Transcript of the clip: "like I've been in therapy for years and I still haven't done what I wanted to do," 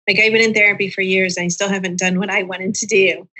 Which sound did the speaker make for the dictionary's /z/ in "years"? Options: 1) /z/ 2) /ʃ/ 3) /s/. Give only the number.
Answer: 1